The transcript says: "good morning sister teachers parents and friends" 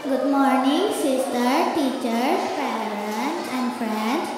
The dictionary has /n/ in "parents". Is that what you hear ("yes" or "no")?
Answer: no